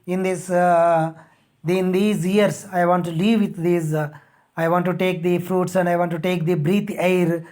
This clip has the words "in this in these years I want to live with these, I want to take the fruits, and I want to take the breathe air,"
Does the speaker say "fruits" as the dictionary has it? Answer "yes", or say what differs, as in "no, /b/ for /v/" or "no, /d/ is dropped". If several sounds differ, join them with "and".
yes